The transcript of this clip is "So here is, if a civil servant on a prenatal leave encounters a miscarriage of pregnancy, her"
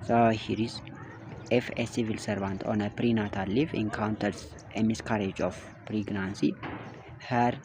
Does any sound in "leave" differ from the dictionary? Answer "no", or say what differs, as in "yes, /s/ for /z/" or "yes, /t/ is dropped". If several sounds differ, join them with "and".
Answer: yes, /f/ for /v/